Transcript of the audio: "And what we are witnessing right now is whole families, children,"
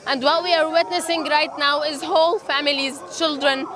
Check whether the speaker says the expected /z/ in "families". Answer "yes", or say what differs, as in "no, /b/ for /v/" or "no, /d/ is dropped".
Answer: yes